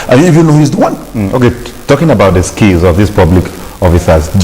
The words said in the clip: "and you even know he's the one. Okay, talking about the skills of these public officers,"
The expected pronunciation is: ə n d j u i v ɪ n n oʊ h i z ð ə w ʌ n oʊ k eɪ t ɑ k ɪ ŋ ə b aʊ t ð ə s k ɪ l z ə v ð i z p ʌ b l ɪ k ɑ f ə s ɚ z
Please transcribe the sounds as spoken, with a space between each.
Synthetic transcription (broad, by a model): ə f j u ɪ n n oʊ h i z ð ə w ʌ n oʊ k eɪ t ɑ k ɪ ŋ ə b aʊ t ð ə s k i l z ə v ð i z p ʌ b l ɪ k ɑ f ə s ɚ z